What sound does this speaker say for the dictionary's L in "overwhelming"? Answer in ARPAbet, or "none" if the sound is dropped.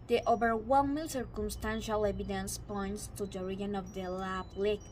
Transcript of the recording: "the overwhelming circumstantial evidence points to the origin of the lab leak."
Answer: N